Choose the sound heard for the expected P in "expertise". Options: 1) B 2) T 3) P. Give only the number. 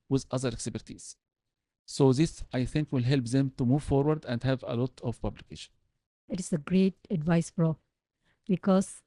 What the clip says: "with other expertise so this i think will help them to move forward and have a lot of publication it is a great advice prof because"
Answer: 1